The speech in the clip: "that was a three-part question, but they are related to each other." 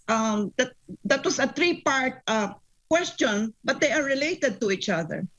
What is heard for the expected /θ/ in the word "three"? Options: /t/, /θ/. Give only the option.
/t/